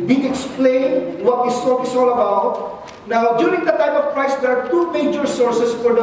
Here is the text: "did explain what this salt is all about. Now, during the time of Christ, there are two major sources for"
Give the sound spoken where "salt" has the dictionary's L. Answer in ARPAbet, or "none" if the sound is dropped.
none